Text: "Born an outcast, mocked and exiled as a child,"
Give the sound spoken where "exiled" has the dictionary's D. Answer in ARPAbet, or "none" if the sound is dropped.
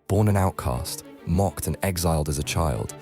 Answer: D